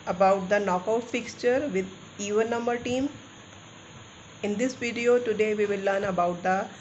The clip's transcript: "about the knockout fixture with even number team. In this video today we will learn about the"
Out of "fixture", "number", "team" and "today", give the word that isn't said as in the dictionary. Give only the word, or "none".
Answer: none